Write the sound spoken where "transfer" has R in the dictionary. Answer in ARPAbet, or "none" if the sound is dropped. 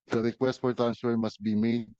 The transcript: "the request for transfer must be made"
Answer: none